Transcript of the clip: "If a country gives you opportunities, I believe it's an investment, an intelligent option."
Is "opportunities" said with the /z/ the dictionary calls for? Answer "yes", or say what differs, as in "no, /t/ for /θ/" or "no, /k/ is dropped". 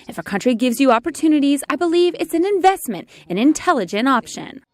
yes